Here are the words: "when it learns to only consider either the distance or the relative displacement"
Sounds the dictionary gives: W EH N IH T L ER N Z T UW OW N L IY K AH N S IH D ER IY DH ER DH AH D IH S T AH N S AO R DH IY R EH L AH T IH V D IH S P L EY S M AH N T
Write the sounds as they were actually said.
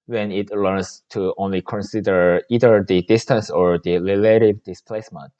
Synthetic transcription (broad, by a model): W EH N IH T L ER N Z T UW OW N L IY K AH N S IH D ER IY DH ER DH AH D IH S T AH N S AO R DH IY L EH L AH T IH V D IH S P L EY S M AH N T